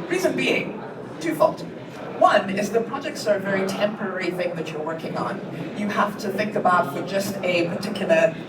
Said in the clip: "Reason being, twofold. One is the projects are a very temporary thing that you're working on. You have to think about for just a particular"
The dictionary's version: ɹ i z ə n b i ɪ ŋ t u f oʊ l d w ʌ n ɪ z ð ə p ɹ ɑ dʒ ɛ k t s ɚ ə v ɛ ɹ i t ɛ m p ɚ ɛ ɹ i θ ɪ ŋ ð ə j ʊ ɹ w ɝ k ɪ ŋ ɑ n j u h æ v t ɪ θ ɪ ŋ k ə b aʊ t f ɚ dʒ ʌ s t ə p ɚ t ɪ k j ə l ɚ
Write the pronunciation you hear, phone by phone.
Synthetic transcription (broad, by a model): ɹ i z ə n b i ɪ ŋ t u f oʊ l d w ʌ n ɪ z ð ə p ɹ ɑ dʒ ɛ k t s ɚ ə v ɛ ɹ i t ɛ m p ɚ ɛ ɹ i θ ɪ ŋ ð ə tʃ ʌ ɹ w ɝ k ɪ ŋ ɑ n j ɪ h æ f t ɪ θ ɪ ŋ k ə b aʊ t f ɚ dʒ ʌ s t ə p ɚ t ɪ k j l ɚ